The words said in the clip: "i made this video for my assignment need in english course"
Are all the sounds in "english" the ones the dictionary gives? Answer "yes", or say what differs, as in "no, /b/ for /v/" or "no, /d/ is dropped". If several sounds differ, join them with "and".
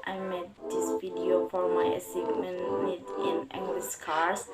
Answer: no, /s/ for /ʃ/